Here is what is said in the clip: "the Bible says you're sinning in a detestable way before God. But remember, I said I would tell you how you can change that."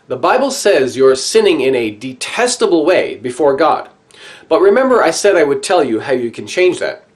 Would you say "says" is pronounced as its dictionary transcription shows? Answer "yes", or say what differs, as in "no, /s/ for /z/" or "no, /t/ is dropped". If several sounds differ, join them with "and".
yes